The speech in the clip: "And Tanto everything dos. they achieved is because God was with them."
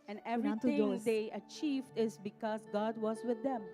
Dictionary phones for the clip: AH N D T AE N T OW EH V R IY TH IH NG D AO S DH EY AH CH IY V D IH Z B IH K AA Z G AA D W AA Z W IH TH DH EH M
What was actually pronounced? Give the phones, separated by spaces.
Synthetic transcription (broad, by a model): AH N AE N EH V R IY T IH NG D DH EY AH CH IY V D IH Z B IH K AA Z G AA D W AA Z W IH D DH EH M